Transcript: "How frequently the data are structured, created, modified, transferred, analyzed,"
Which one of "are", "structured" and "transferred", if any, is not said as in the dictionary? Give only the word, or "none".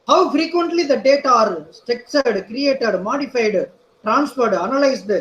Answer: structured